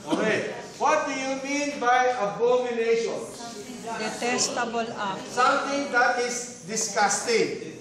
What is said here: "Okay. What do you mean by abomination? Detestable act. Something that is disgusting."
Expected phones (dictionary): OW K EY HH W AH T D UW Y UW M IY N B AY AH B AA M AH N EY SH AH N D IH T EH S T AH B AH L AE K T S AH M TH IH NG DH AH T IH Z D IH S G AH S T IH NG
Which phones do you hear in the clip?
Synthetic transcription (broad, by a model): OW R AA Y W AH T D UW Y UW M IY N B AY AH B AA M AH N EY SH AH N D IH T EH S T AH B AH L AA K S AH M T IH NG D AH T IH S D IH S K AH S T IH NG